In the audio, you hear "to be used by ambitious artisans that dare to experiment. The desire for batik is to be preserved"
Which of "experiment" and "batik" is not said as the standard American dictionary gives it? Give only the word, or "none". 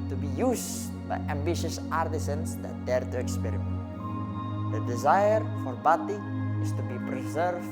batik